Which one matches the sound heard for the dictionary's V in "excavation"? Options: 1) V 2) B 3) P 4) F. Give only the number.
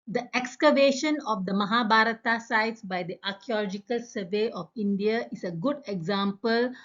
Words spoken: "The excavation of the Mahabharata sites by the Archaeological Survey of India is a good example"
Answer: 1